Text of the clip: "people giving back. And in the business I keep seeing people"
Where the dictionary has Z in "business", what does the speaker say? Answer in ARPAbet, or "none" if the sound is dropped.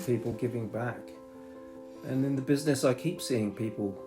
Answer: Z